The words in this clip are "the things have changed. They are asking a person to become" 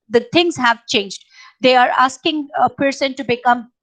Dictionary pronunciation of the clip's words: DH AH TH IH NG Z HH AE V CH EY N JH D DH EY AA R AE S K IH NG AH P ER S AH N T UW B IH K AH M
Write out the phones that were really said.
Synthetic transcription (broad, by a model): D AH T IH NG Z HH AE V CH EY N JH D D EY AA R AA S K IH NG AH P ER S AH N T UW B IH K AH M